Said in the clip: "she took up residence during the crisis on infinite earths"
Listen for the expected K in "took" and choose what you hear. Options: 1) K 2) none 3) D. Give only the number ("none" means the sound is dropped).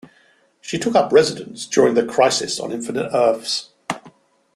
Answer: 1